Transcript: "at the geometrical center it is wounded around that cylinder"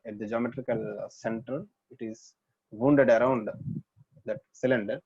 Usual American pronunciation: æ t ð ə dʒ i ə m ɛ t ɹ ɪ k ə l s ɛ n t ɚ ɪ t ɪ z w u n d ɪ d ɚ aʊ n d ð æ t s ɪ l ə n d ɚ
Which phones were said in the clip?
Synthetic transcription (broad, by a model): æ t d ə dʒ i ə m ɛ t ɹ ɪ k ə l s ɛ n t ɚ ɪ t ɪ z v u n d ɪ d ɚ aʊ n d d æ t s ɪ l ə n d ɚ